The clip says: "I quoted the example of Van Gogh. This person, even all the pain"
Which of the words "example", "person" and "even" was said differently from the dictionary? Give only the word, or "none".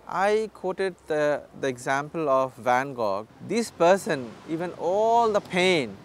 none